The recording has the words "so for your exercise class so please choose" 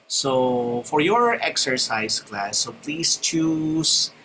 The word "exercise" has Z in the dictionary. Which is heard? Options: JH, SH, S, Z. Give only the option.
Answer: S